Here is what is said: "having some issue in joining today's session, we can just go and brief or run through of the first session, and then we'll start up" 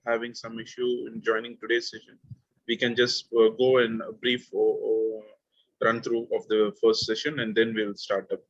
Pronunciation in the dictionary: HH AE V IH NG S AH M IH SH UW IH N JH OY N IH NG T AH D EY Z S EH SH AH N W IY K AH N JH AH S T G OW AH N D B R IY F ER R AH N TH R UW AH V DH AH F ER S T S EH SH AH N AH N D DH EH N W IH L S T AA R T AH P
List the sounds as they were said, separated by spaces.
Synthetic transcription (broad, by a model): HH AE V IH NG S AH M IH SH UW IH N JH OY N IH NG T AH D EY S EH SH AH N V IY K AH N JH AH S T G OW AH N D B R IY F R AH N T R UW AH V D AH F ER S T S EH SH AH N AH N D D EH N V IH L S T AA R T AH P